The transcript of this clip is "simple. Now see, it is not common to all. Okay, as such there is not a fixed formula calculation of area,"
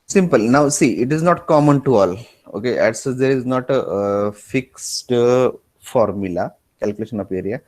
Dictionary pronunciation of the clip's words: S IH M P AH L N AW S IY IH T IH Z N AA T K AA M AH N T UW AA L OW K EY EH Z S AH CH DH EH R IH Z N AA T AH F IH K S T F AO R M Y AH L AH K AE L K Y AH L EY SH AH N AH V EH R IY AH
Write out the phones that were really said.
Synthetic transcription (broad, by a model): S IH M P AH L N AW S IY IH T IH Z N AA T K AA M AH N T UW AA L OW K EY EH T S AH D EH R IH Z N AA T AH F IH K S T F AO R M Y AH L AH K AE L K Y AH L EY SH AH N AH P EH R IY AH